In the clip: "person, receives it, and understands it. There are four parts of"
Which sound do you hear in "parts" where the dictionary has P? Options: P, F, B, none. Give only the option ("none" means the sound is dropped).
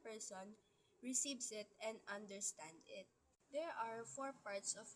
P